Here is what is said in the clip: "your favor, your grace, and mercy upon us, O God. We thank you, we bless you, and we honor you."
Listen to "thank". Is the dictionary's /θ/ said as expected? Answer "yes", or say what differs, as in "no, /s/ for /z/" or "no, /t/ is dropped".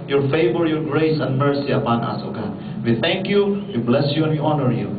no, /t/ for /θ/